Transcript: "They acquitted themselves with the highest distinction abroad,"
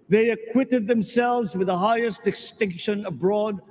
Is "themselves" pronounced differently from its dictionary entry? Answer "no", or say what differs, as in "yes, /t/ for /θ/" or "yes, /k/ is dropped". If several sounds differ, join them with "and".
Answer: no